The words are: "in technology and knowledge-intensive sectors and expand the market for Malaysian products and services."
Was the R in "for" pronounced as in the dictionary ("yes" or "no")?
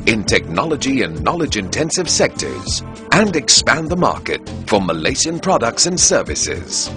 yes